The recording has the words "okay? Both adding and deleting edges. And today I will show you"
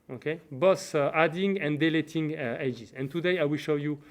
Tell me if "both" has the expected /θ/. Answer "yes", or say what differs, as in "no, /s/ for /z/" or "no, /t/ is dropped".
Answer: no, /s/ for /θ/